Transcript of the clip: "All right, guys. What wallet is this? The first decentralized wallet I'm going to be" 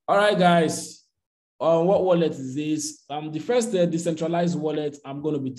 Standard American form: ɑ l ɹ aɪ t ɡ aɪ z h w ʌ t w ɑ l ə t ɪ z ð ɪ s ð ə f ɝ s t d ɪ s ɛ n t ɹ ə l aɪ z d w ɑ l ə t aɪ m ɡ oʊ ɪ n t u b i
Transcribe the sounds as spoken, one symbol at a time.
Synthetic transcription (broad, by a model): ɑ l ɹ aɪ t ɡ aɪ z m w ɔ t w ɑ l ə t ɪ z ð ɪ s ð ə f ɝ s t d ɪ s ɛ n t ɹ ə l aɪ z d w ɑ l ə t aɪ m ɡ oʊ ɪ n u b i